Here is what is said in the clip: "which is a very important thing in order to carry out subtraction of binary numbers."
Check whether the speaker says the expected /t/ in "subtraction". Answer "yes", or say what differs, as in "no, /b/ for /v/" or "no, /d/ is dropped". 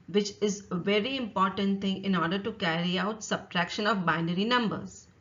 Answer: yes